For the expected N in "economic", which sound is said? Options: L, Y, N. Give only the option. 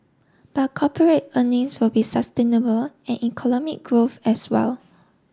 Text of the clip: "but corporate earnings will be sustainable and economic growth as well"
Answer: L